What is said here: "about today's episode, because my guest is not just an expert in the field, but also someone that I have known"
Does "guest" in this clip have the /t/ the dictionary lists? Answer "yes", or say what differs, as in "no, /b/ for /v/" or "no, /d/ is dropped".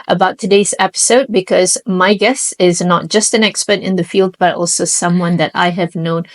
no, /t/ is dropped